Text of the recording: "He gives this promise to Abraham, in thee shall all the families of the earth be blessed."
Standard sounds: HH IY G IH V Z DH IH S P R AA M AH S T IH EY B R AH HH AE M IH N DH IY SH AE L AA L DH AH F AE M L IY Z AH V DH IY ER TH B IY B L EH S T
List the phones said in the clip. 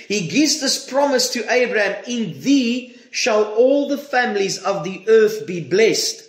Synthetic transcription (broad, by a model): HH IY G IH V Z DH IH S P R AA M AH S T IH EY B R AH HH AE M IH N DH IY SH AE L AA L DH AH F AE M L IY Z AH V DH IY ER TH B IY B L EH S T